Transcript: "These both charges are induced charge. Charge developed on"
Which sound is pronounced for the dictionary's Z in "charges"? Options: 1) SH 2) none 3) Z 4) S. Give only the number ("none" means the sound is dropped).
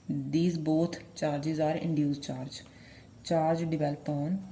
3